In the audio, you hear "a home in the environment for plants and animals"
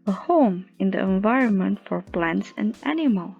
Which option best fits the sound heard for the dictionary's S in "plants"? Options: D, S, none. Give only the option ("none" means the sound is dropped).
S